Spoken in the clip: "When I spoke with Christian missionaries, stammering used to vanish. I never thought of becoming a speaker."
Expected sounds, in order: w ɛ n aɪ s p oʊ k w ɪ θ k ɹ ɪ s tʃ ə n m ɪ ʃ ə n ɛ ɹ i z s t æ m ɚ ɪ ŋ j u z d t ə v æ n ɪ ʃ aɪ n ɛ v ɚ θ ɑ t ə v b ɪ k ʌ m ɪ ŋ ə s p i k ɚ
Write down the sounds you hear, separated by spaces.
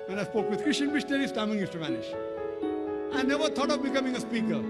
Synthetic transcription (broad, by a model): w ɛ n aɪ s p oʊ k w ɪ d k ɹ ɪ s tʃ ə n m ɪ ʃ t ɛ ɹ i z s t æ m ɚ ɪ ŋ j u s t ə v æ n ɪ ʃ aɪ n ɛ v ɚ t ɑ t ə v b ɪ k ʌ m ɪ ŋ ə s p i k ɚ